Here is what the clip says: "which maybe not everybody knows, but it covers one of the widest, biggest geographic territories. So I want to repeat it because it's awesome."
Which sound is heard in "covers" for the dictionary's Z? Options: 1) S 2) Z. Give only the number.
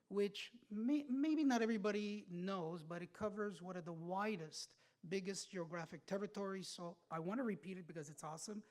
2